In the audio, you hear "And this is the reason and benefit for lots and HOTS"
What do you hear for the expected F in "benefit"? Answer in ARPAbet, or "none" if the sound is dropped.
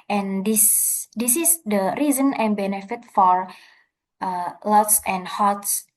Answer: F